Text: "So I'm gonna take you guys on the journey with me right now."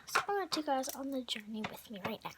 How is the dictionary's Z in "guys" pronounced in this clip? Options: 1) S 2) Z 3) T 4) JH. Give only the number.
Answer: 2